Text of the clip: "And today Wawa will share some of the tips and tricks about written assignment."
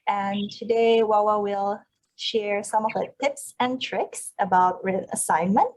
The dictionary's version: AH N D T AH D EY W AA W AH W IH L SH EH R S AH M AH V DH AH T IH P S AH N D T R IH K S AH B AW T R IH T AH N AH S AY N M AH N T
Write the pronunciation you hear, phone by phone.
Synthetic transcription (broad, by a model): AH N T AH D EY W AA W AH W IH L SH EH R S AH M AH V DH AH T IH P S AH N T R IH K S AH B AW T R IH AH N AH S AY N M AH N T